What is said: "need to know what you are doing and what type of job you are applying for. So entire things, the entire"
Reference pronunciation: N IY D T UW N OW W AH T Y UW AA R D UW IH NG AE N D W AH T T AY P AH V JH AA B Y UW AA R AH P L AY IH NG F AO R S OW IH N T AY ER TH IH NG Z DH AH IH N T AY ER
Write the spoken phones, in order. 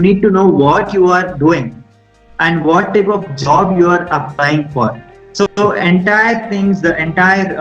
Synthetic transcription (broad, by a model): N IY D T UW N OW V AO T Y UW AA R D UW IH NG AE N D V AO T T AY P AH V JH AA B Y UW AA R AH P L AY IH NG F AO R S OW IH N T AY ER T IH NG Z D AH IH N T AY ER